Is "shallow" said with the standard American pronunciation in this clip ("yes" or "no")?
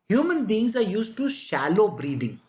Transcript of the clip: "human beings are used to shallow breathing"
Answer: yes